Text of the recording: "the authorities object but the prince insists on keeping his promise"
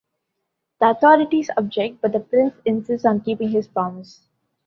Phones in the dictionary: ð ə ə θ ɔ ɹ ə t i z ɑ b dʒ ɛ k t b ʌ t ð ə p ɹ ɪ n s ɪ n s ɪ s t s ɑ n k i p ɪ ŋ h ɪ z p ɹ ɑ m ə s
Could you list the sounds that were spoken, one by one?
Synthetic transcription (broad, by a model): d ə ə t ɔ ɹ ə t i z ɑ b dʒ ɛ k t b ʌ t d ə p ɹ ɪ n s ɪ n s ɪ s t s ɑ n k i p ɪ ŋ h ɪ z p ɹ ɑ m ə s